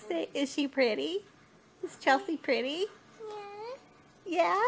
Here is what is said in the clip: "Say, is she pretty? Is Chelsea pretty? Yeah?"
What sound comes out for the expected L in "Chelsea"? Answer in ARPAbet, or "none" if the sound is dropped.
none